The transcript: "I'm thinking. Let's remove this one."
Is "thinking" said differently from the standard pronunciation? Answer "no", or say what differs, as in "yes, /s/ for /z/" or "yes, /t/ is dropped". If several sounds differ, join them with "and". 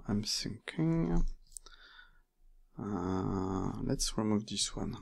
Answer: yes, /s/ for /θ/